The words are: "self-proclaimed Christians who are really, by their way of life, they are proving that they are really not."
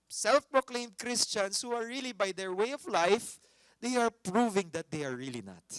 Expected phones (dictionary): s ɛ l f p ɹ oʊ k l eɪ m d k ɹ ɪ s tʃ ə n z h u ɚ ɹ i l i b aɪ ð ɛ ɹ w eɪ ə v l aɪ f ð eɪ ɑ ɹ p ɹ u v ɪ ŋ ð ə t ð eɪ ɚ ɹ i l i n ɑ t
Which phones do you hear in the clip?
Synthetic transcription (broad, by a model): s ɛ l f p ɹ oʊ k l eɪ m d k ɹ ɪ s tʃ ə n s h u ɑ ɹ i l i b aɪ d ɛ ɹ w eɪ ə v l aɪ f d eɪ ɑ ɹ p ɹ u v ɪ ŋ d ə t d eɪ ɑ ɹ i l i n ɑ t